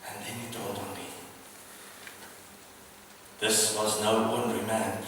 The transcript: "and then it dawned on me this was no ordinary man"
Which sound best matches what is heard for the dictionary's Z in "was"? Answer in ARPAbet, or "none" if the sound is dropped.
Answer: Z